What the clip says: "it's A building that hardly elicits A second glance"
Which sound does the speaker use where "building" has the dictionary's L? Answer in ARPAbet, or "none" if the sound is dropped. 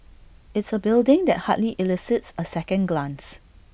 L